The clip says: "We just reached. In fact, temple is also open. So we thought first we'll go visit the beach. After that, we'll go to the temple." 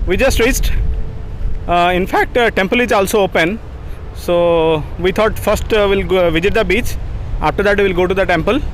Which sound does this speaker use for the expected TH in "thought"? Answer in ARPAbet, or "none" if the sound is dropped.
T